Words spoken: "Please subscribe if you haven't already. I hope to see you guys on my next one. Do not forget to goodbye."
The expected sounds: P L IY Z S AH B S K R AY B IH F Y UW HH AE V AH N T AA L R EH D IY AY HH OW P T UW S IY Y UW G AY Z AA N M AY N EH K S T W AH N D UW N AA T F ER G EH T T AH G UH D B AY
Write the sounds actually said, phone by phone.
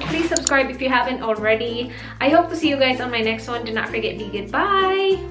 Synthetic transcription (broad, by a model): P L IY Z S AH B S K R AY B IH F Y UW HH AE V AH N T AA L R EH D IY AY HH OW P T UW S IY Y UW G AY Z AA N M AY N EH K S T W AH N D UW N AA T F ER G EH T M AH G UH D B AY